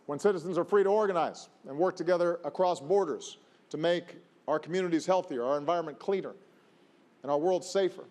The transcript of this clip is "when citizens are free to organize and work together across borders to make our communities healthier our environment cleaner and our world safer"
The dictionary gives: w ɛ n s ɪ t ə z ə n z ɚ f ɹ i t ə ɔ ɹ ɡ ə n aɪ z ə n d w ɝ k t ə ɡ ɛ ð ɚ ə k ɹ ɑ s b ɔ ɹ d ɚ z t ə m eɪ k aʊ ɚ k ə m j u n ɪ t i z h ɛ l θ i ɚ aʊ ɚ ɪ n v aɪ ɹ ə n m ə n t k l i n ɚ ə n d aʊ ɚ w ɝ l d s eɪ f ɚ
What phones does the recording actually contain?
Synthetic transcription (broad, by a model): w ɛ n s ɪ t ə z ə n z ɚ f ɹ i t ə ɔ ɹ ɡ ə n aɪ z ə n w ɝ k t ə ɡ ɛ ð ɚ ə k ɹ ɑ s b ɔ ɹ d ɚ z t ə m eɪ k aʊ ɚ k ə m j u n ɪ t i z h ɛ l θ i ɚ aʊ ɚ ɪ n v aɪ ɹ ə n m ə n k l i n ɚ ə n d aʊ ɚ w ɝ l d s eɪ f ɚ